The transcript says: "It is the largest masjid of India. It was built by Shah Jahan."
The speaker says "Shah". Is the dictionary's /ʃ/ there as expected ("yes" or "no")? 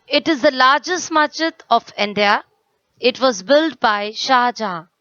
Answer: yes